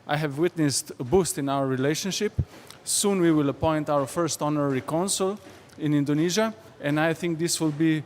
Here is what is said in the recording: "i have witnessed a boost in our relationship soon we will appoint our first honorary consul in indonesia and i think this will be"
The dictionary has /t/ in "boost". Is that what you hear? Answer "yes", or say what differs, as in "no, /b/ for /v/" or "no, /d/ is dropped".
yes